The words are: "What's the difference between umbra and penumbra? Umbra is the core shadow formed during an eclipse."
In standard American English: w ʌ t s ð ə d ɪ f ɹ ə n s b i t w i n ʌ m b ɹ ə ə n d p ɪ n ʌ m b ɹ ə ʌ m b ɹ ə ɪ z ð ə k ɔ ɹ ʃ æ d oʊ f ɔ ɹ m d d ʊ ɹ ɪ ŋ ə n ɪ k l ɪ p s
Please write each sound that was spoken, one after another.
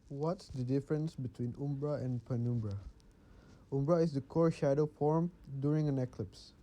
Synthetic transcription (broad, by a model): w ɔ t s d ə d ɪ f ɹ ə n s b i t w i n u m b ɹ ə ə n p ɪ n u m b ɹ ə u m b ɹ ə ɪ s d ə k ɔ ɹ ʃ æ d oʊ f ɔ ɹ m d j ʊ ɹ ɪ ŋ ə n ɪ k l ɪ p s